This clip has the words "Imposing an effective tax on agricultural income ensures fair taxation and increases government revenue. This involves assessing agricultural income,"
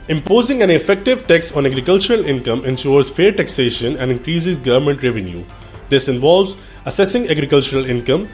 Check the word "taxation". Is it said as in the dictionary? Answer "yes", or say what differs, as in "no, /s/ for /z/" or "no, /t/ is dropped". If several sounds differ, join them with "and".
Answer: yes